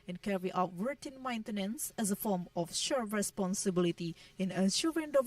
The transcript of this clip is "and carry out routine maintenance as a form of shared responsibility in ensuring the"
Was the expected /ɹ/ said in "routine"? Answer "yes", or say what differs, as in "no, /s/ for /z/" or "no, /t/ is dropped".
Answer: no, /w/ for /ɹ/